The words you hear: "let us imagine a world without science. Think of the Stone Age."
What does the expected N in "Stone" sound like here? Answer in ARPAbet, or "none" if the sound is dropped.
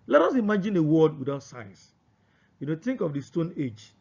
N